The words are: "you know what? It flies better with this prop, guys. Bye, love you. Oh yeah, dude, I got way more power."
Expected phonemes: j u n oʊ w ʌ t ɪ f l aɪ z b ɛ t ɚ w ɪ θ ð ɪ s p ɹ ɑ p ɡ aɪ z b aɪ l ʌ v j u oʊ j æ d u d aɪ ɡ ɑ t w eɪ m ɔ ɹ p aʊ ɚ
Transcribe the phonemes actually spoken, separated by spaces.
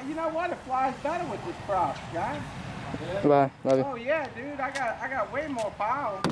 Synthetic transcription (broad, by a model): j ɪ n oʊ w ʌ t ɪ f l aɪ z b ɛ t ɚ w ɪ ð ɪ s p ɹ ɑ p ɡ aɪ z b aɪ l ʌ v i oʊ j æ d u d aɪ ɡ ɑ t w eɪ m ɔ ɹ p aʊ